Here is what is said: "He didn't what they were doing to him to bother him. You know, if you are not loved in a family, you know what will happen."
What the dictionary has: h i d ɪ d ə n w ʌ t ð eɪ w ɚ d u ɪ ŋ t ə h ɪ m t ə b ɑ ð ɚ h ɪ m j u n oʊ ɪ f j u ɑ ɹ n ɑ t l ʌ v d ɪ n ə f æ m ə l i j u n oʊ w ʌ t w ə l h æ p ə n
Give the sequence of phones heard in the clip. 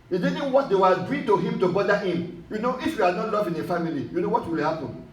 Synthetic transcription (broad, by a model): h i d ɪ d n w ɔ t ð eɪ w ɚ d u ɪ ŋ t ə h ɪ m t ə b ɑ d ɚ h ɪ m j u n oʊ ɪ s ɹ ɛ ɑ l n ɑ t l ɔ v ɪ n ə f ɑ m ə l i j u n oʊ w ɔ t w ə l h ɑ p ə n